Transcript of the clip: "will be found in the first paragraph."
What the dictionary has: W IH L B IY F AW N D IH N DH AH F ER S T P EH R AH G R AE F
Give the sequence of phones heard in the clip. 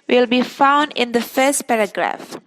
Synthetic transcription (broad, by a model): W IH L B IY F AW N D IH N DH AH F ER S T P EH R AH G R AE F